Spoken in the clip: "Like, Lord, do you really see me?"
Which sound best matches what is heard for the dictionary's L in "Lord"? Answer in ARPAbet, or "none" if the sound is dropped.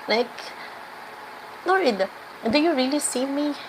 N